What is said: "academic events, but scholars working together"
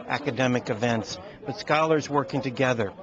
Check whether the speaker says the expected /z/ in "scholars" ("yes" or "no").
yes